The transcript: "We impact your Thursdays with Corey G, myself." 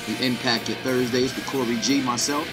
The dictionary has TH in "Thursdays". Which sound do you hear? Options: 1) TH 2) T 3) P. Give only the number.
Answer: 1